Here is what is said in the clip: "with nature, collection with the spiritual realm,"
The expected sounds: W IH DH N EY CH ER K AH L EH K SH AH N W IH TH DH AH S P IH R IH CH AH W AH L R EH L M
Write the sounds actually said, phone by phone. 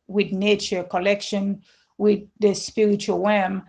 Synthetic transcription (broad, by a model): W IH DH N EY CH ER K AH L EH K SH AH N W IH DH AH S P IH R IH CH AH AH L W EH M